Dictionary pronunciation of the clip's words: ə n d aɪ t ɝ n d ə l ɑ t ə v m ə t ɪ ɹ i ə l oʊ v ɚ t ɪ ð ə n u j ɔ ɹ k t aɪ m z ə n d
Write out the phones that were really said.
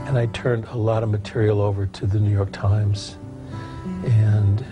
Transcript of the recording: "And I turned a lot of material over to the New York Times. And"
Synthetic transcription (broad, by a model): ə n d aɪ t ɝ n d ə l ɑ t ə v m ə t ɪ ɹ i l oʊ v ɚ t ɪ ð ə n u j ɔ ɹ k t aɪ m z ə n